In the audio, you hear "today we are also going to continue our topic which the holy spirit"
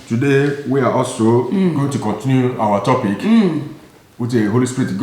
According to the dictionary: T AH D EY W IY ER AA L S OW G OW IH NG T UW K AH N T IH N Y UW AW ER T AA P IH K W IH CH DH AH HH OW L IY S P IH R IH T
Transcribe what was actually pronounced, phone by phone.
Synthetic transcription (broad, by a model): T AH D EY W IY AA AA S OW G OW T UW K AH N T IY N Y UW AW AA T AA P IH K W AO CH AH HH OW L IY S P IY R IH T